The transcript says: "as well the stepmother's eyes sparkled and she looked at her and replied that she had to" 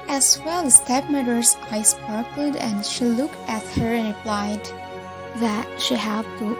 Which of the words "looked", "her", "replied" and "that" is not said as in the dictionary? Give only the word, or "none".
none